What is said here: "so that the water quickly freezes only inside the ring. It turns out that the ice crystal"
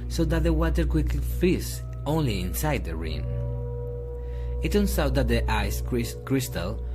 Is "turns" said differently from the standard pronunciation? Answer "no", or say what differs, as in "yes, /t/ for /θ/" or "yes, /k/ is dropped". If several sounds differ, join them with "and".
yes, /s/ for /z/